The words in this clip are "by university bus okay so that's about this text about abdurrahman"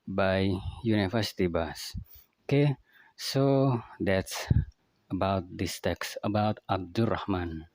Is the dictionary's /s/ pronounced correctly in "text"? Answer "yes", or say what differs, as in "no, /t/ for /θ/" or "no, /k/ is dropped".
yes